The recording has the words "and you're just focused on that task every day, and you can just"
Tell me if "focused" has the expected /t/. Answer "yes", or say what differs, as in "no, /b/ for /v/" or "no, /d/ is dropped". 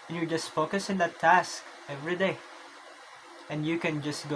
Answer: no, /t/ is dropped